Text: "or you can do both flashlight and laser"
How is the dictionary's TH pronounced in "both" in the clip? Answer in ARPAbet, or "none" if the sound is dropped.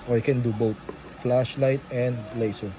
T